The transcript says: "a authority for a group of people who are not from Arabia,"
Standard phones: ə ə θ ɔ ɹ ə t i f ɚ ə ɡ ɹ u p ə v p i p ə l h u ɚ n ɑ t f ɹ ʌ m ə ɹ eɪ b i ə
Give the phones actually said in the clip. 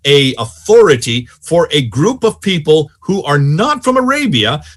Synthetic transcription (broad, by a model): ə ə θ ɔ ɹ ə t i f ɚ ə ɡ ɹ u p ə v p i p ə l h u ɚ n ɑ t f ɹ ʌ m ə ɹ eɪ b i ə